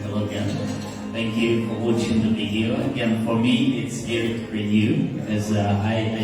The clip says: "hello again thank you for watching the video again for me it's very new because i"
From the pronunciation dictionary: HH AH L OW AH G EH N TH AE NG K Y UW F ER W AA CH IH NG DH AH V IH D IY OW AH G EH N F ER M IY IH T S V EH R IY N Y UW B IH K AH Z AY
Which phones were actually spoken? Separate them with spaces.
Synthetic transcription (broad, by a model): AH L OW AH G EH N TH AE NG K Y UW F ER W AA CH IH NG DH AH B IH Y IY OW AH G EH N F ER M IY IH T S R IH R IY N Y UW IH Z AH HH AY